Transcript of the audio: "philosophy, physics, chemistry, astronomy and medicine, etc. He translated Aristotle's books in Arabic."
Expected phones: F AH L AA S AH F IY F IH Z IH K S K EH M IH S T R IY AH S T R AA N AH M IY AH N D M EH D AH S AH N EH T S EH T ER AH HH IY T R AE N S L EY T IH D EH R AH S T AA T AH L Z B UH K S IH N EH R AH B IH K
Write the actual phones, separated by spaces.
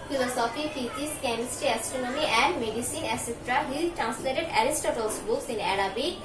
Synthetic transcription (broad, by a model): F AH L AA S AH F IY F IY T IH S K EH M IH S T IY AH S T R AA N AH M IY AH N D M EH D AH S AH N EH S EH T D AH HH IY T R AE N S L EY T IH D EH R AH S T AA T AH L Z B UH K S IH N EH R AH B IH